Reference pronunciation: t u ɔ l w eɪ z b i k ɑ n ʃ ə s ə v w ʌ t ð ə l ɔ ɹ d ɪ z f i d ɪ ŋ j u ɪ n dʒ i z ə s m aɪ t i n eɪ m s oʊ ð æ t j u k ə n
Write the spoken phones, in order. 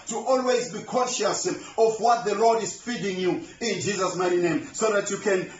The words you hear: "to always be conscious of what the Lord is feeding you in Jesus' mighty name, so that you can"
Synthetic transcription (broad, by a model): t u ɔ l w eɪ z b i k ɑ ʃ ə s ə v w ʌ t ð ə l ɔ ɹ d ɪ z f i d ɪ ŋ j u ɪ n dʒ i z ə s m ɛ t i n eɪ m s oʊ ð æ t j u k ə n